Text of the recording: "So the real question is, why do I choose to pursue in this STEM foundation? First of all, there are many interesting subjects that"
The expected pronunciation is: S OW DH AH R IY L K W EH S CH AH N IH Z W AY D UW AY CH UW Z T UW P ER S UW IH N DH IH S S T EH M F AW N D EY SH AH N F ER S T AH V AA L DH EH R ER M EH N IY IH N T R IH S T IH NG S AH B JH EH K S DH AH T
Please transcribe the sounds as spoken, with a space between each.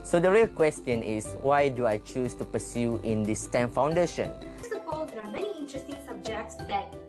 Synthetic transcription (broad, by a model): S OW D AH R IY L K W EH S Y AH N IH S W AY D UW AY CH UW S T UW P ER S UW IH N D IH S S T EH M F AW N D EY SH AH N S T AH P AA L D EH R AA M EH N IY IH N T R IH S T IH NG S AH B JH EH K S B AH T